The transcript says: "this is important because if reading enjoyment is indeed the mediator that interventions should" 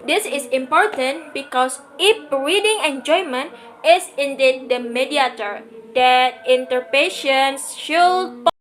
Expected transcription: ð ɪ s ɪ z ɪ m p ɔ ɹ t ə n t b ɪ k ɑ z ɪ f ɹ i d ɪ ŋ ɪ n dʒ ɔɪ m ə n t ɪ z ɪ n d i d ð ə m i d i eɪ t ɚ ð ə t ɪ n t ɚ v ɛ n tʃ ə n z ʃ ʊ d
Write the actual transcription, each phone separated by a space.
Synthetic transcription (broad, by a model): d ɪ s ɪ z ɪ m p ɔ ɹ t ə n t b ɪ k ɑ s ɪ p ɹ i d ɪ ŋ ɪ n dʒ ɔɪ m ə n t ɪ s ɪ n d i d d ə m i d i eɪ t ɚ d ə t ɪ n t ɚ p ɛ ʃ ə n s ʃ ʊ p